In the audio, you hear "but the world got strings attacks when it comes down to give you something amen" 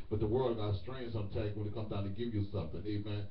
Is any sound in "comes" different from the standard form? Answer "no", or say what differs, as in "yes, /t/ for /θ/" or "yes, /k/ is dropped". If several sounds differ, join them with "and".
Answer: yes, /z/ is dropped